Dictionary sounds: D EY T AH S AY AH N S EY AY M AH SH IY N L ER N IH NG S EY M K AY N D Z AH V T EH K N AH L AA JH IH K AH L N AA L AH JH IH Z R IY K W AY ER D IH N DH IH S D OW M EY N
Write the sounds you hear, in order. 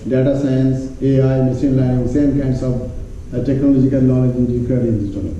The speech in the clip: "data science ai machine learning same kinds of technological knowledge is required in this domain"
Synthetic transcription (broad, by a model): D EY T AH S AY AH N S EY AY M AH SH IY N L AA IH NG S EY M K AY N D S AH V T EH K N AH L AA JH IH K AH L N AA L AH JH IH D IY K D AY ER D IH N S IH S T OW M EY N